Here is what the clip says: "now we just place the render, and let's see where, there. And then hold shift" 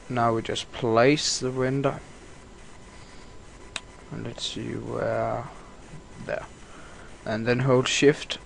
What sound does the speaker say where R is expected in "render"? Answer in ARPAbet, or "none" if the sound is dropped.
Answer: W